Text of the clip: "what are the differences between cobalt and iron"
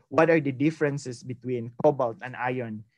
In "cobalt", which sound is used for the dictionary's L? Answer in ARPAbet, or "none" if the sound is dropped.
L